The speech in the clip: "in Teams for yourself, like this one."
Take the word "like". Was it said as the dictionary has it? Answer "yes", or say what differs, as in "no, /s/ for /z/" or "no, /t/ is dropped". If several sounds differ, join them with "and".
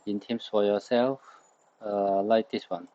yes